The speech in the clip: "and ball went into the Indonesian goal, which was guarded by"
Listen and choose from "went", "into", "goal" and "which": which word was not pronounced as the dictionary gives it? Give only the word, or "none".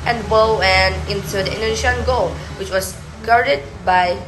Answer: went